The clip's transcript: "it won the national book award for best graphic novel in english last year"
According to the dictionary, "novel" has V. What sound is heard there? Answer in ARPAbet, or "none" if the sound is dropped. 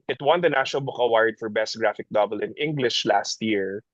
B